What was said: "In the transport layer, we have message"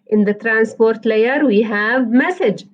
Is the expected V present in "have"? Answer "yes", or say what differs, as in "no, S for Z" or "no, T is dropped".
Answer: yes